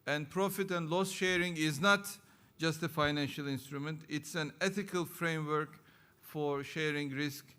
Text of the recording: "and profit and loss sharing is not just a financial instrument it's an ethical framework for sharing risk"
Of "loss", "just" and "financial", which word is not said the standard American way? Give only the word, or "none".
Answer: none